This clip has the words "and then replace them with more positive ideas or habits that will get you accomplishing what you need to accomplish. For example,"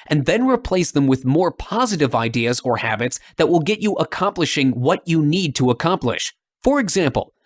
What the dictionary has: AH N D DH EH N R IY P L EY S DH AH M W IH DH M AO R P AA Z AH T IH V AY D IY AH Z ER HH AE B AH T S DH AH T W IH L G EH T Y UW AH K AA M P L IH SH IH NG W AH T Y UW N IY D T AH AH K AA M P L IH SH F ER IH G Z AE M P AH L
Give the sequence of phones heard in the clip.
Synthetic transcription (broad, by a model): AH N DH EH N R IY P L EY S DH AH M W IH DH M AO R P AA Z AH T IH V AY D IY AH Z ER HH AE B AH T S DH AH T W IH L G EH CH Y AH K AA M P L IH SH IH NG W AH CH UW N IY D T AH AH K AA M P L IH SH F ER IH G Z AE M P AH L